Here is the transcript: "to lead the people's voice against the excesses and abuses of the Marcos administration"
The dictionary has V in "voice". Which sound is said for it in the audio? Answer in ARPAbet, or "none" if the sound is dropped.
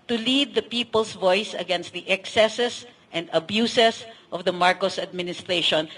V